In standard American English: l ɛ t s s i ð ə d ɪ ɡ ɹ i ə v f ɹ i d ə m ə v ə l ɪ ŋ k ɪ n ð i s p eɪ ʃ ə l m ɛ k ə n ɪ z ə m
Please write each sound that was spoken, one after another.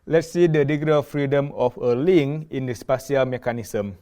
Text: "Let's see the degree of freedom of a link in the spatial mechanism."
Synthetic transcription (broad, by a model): l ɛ t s s i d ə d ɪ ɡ i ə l f ɹ i d ə m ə f ə l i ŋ ɪ n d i s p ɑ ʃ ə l m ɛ k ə n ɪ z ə m